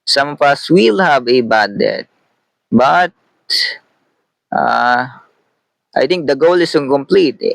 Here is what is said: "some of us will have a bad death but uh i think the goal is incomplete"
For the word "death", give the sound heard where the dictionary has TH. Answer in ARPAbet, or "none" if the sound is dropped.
T